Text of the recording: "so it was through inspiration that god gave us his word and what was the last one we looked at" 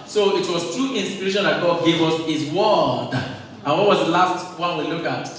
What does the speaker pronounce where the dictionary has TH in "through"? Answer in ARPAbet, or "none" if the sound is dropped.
T